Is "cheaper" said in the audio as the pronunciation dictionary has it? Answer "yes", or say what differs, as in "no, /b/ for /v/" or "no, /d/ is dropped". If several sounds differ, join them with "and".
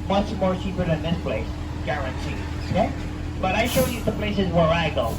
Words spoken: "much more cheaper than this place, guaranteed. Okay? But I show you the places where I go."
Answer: no, /s/ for /tʃ/